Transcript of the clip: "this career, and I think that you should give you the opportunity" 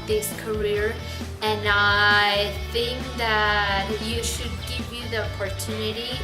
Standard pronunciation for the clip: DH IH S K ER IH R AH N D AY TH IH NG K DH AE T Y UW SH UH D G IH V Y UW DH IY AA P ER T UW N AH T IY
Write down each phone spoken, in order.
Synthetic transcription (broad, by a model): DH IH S K ER IH R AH N AY TH IH NG K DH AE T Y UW SH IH D G IH V Y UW DH IY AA P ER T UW N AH T IY